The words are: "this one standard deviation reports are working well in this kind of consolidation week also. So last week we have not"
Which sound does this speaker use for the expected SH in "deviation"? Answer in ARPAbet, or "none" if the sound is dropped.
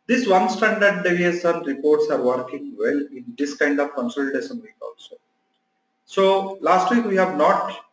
S